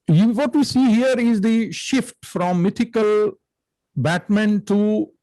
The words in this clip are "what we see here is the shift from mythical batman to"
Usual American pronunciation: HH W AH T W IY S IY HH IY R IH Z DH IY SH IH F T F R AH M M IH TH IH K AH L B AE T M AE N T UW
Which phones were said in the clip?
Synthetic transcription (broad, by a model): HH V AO T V IY S IY HH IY R IH Z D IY SH IH F T F R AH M M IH T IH K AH L B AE T M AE N T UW